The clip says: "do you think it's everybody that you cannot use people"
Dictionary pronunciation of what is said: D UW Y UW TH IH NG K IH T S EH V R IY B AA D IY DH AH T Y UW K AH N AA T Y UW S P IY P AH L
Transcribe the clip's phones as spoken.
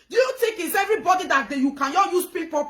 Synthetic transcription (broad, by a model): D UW Y UW T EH K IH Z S EH V R IY B AA D IY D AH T Y UW K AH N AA Y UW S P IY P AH